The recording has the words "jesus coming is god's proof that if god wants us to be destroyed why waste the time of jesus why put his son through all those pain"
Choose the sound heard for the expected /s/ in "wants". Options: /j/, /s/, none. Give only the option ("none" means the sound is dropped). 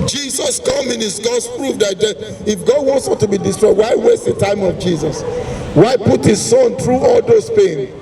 /s/